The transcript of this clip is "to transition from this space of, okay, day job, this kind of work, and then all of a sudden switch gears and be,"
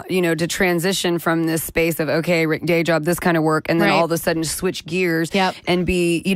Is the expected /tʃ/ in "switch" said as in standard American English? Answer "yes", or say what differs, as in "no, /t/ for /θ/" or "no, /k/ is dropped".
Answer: yes